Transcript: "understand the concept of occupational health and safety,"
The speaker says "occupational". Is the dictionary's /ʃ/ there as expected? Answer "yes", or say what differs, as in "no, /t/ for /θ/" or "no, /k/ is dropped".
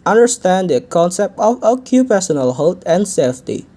no, /s/ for /ʃ/